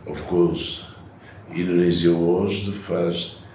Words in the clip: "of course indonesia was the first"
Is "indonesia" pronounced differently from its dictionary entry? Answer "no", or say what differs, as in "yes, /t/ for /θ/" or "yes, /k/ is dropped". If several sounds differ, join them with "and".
yes, /z/ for /ʒ/